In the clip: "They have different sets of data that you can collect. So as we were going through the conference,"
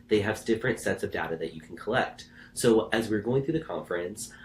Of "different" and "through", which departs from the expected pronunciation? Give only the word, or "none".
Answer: none